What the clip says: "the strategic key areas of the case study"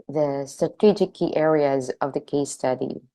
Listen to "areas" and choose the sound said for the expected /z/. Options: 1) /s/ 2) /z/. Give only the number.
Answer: 2